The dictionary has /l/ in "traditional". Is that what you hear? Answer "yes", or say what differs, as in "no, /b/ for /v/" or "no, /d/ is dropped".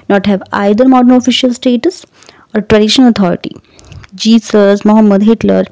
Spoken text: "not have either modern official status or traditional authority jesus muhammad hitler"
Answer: no, /n/ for /l/